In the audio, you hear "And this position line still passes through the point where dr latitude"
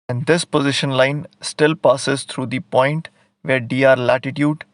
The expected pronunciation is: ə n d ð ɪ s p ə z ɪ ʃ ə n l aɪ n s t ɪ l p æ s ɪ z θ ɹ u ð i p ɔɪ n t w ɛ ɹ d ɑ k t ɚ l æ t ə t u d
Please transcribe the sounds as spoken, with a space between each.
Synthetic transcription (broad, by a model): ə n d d ɪ s p ə z ɪ ʃ ə n l aɪ n s t ɪ l p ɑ s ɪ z t ɹ u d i p ɔɪ n t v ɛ ɹ d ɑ t l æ t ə t u d